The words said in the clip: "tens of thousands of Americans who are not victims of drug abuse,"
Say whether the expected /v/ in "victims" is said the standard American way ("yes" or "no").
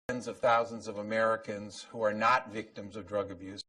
yes